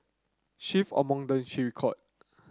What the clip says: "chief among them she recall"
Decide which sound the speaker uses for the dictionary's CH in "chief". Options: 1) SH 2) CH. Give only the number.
1